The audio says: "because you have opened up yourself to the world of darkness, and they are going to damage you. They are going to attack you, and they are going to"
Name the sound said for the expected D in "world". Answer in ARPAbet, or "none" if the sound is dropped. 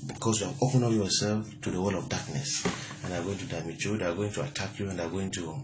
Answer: none